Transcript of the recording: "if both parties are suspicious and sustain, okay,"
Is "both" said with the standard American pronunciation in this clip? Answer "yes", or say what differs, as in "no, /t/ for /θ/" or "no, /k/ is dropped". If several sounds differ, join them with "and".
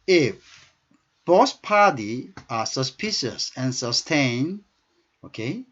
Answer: no, /s/ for /θ/